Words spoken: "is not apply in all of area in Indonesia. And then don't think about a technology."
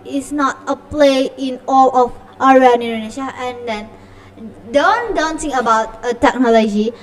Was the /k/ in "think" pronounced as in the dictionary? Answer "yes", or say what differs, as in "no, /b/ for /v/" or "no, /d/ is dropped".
no, /k/ is dropped